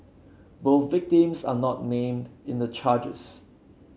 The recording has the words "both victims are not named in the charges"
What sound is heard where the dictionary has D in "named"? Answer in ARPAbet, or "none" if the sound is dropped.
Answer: D